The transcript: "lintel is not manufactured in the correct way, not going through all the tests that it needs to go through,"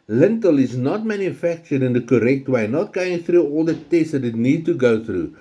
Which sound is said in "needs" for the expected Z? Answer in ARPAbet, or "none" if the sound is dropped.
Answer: none